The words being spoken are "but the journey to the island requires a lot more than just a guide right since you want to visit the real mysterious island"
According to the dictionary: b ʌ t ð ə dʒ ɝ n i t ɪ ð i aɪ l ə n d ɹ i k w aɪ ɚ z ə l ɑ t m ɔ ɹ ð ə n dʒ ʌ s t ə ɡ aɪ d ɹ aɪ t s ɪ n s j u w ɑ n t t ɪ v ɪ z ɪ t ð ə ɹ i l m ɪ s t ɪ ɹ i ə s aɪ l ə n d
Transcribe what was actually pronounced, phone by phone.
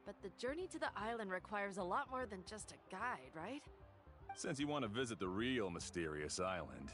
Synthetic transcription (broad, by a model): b ʌ t ð ə dʒ ɝ n i t ɪ ð i aɪ l ə n d ɹ i k w aɪ ɚ z ə l ɑ t m ɔ ɹ ð ə n dʒ ʌ s t ə ɡ aɪ d ɹ aɪ t s ɪ n s j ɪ w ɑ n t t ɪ v ɪ z ɪ t ð ə ɹ i l m ɪ s t ɪ ɹ i ə s aɪ l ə n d